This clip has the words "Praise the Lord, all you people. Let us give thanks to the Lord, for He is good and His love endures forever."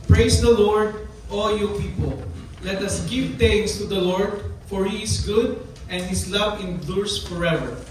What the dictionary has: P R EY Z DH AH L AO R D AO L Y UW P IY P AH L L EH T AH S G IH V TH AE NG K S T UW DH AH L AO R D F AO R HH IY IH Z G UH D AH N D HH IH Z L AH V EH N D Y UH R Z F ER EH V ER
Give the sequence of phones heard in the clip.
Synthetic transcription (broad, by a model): P R EY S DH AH L AO R D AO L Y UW P IY P AH L L EH T AH S G IH V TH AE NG S T UW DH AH L AO R D F AO R HH IY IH S G UH D AH N D HH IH S L AH V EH N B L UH R S F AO EH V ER